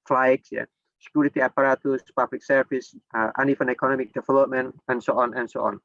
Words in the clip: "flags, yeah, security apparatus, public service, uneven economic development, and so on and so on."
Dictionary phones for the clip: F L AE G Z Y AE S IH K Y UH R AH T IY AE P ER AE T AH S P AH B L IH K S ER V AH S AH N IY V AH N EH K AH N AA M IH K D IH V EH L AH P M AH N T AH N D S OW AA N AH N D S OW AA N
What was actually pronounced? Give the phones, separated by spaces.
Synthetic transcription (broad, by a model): F L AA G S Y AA S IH K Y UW R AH T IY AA P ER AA T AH S P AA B L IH K S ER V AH S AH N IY F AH N EH K AH N AA M IH K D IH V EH L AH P M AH N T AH N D S OW AA N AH N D S OW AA N